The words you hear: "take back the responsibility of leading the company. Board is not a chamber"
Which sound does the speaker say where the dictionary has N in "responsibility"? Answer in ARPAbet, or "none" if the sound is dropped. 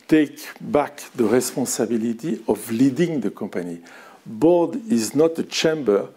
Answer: none